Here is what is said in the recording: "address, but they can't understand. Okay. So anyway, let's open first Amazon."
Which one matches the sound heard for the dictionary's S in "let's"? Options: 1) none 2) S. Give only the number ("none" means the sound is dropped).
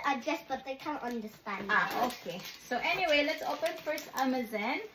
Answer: 2